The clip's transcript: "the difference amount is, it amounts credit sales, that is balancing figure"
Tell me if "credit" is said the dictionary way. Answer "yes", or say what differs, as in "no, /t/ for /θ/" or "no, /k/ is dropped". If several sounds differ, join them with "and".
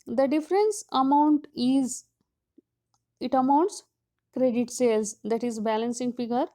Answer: yes